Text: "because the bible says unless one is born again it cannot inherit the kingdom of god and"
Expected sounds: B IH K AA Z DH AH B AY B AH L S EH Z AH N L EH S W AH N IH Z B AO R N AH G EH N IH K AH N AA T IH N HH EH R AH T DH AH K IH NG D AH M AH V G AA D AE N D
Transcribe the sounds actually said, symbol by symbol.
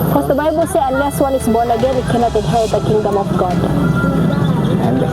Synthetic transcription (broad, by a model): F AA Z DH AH B AY B AH L S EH AH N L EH S W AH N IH S B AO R N AH G EH N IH K AH N AA T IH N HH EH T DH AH K IH NG D AH M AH F G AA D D